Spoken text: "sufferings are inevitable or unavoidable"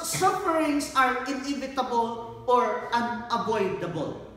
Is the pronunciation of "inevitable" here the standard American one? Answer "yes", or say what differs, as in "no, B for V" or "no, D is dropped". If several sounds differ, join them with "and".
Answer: yes